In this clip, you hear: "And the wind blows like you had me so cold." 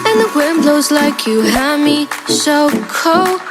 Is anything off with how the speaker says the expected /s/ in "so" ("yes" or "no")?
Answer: yes